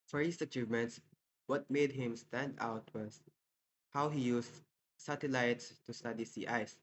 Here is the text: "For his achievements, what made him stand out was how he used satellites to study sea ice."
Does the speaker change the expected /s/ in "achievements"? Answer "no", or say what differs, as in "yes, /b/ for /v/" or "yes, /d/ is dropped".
no